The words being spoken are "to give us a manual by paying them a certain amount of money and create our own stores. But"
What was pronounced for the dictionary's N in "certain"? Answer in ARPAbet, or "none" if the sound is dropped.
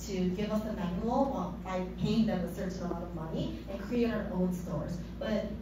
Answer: none